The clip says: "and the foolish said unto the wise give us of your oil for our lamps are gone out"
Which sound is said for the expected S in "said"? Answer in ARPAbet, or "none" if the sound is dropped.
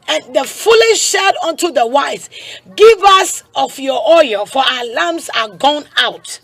SH